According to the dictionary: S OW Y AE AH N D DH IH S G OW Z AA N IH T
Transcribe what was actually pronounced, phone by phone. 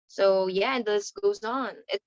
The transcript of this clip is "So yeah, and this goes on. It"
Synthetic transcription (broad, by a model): S OW Y AE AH N DH IH S G OW Z N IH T